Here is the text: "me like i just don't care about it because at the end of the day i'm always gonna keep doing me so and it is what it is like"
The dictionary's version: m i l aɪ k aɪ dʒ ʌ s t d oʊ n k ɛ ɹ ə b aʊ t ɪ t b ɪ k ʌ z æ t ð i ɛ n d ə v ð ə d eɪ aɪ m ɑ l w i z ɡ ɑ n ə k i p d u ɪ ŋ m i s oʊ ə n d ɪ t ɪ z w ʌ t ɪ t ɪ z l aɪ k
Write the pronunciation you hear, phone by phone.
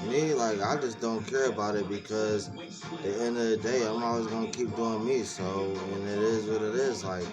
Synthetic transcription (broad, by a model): m i l aɪ k aɪ dʒ ʌ s d oʊ n k ɛ ɹ ə b aʊ t ɪ t b ɪ k ʌ z ð i ɛ n d ə v ð ə d eɪ aɪ m ɑ l w i z ɡ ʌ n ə k i p d u ɪ ŋ m i s oʊ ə n ɪ t ɪ z w ʌ t ɪ t ɪ z l aɪ k